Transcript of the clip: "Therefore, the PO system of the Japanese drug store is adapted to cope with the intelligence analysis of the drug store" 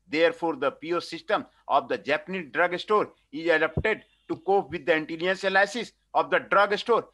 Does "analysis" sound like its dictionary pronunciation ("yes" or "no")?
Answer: no